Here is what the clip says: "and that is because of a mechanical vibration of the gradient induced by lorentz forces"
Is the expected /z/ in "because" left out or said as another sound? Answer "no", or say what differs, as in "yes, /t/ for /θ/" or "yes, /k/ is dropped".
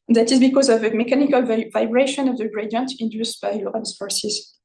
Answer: no